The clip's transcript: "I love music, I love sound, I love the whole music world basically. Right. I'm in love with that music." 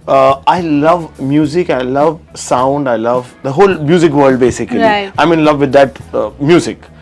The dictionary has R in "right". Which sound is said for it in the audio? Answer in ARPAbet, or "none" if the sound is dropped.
L